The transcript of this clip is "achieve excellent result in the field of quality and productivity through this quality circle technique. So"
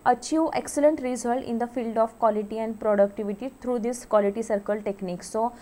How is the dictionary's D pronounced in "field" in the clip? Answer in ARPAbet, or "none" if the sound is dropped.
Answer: D